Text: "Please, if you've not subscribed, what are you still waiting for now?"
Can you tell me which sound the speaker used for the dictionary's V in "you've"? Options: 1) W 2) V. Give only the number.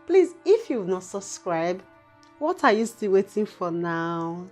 1